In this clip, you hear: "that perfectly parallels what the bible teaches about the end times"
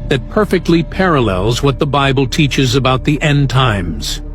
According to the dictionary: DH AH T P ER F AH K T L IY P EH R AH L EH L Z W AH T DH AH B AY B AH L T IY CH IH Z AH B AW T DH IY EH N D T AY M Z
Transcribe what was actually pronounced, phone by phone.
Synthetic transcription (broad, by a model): DH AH T P ER F AH K T L IY P EH R AH L EH L Z W AH T DH AH B AY B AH L T IY CH IH Z AH B AW T DH IY EH N T AY M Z